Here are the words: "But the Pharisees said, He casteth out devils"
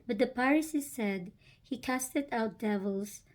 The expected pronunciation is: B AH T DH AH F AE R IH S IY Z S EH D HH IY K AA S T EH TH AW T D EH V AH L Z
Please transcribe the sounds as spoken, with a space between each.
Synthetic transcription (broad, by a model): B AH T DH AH P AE R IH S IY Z S EH D HH IY K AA S T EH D AW T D EH V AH L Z